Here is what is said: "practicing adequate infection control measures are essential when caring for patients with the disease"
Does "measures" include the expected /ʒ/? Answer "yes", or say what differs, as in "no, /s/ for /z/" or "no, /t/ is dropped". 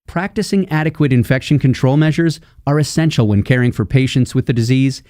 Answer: yes